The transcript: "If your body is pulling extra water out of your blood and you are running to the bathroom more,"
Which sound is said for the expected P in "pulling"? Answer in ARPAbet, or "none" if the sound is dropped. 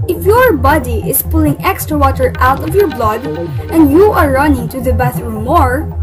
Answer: P